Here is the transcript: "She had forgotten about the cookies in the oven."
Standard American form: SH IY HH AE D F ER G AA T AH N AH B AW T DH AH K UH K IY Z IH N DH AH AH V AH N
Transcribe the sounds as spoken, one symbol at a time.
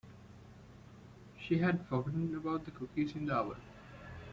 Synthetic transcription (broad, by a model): SH IY HH AE D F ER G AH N AH B AW T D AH K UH K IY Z IH N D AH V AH L